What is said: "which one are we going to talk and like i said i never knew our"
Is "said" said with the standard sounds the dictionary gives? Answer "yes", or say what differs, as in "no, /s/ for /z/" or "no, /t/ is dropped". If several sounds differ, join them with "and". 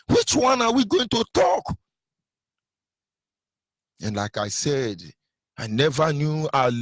yes